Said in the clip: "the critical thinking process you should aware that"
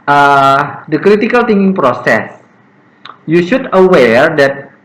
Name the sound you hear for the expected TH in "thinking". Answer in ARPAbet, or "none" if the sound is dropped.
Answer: T